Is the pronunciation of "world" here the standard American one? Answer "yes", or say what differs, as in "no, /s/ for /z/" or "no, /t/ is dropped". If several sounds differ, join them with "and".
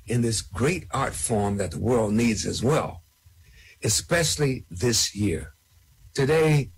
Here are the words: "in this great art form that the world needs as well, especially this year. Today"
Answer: yes